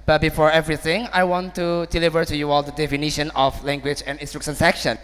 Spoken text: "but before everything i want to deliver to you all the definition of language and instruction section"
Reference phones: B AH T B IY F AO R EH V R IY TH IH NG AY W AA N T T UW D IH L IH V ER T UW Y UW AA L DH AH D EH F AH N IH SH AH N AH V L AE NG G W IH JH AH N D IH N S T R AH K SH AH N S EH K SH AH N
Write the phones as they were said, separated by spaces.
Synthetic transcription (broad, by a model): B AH T B IY F AO R EH V R IY TH IH NG AY W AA N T T UW D IH L IH V ER T UW Y UW AA L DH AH D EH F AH N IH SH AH N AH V L AE NG G W IH JH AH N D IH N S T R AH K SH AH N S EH K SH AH N